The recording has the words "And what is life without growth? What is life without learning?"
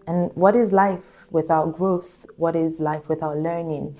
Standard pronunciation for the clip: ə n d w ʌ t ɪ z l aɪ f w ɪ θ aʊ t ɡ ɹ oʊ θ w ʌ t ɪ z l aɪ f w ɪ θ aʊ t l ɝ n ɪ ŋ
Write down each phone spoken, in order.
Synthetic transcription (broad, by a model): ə n w ʌ t ɪ z l aɪ f w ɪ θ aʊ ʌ ɡ ɹ oʊ θ w ʌ t ɪ z l aɪ f w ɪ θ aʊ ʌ l ɝ n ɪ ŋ